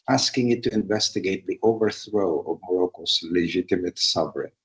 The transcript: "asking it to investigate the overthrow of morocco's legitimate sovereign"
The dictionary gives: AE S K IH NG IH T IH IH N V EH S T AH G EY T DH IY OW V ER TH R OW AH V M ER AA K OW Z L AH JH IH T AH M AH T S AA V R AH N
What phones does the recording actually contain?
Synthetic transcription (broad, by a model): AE S K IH NG IH T IH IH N V EH S T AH G EY T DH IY OW V ER TH R OW AH V M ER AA K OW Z L AH JH IH T AH M AH T S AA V R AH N